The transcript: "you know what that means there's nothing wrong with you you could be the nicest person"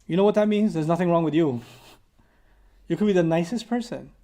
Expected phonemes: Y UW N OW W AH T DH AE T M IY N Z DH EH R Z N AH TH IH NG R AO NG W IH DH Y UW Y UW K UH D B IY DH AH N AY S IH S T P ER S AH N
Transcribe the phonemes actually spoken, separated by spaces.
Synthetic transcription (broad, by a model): Y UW N OW W AH T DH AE T M IY N Z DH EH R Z N AH TH IH NG R AO NG W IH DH Y UW Y UW K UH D B IY DH AH N AY S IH S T P ER S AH N